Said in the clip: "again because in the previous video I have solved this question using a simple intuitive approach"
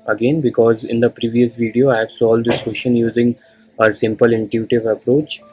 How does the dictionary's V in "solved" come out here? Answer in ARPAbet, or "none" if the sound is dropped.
none